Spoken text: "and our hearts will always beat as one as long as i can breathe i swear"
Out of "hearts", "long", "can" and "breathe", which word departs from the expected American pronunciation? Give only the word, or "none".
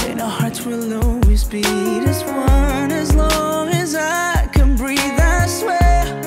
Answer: hearts